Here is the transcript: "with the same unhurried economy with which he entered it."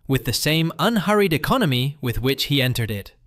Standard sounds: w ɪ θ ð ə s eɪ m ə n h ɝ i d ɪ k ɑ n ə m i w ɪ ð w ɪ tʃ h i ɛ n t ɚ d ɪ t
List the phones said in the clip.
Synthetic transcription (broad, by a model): w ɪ ð ə s eɪ m ə n h ɝ i d ɪ k ɑ n ə m i w ɪ ð w ɪ tʃ h i ɛ n t ɚ d ɪ t